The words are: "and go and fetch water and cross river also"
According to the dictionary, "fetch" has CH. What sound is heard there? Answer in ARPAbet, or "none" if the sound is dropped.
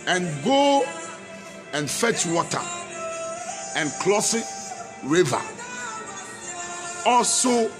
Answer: CH